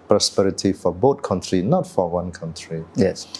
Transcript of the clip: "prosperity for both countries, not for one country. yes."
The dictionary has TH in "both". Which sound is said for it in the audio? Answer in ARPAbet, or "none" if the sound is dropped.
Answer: T